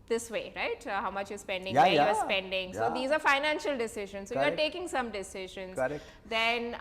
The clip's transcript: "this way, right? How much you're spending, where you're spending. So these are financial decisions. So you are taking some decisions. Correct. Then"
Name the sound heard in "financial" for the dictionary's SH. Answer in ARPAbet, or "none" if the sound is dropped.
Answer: SH